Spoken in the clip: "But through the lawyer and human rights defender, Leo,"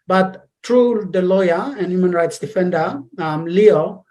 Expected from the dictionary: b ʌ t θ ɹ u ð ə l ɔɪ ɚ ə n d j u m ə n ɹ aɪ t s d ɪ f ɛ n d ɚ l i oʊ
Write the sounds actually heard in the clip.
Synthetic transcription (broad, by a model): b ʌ t t ɹ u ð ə l ɔɪ ɚ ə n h j u m ə n ɹ aɪ t s d ɪ f ɛ n d ɚ l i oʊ